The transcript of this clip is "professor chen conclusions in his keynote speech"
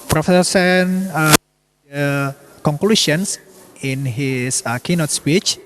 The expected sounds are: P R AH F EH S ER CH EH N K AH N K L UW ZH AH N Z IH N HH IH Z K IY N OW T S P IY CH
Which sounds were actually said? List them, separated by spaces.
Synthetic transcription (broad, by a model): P R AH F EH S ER S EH N K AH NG K L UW SH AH N S IH N HH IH S K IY N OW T S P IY CH